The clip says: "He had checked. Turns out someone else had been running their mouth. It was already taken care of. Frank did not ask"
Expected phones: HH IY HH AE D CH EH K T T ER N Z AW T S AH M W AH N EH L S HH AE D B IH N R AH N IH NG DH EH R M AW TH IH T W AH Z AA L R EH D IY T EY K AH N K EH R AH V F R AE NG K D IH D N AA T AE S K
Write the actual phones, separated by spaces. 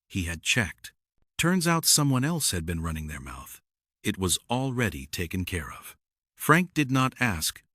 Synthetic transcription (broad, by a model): HH IY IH D CH EH K T T ER N Z AW T S AH M W AH N EH L S HH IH D B IH N R AH N IH NG DH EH R M AW TH IH T W AH Z AA L R EH D IY T EY K AH N K EH R AH V F R AE NG K D IH D N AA T AE S K